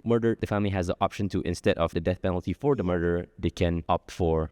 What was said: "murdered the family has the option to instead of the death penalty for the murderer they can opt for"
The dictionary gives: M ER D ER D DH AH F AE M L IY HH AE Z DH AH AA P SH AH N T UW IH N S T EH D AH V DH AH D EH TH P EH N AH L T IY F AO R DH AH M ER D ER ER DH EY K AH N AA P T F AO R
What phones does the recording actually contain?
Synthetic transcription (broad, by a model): M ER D ER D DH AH F AE M L IY HH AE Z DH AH AA P SH AH N T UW IH N S T EH D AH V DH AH D EH TH P EH N AH L T IY F AO R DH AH M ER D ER ER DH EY K AH N AA P T F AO R